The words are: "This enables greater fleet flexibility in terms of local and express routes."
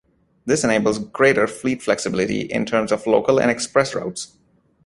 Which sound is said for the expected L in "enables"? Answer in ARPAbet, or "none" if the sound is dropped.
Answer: L